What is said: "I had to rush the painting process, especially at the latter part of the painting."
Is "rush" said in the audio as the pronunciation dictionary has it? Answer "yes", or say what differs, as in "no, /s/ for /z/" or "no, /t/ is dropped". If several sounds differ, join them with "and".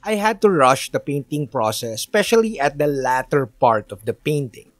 yes